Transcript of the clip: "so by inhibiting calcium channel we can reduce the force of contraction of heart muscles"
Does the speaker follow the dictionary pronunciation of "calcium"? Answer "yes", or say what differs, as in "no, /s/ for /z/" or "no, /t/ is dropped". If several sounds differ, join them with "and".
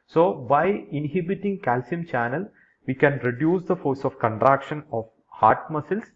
yes